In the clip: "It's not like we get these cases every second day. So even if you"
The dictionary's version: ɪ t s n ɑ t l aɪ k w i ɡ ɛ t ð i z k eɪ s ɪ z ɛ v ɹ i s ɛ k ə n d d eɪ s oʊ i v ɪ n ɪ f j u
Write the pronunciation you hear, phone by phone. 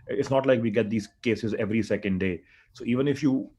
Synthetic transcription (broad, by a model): ɪ t s n ɑ t l aɪ k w i ɡ ɛ t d i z k eɪ s ɪ z ɛ v ɹ i s ɛ k ə n d d eɪ s oʊ i v ɪ n ɪ f j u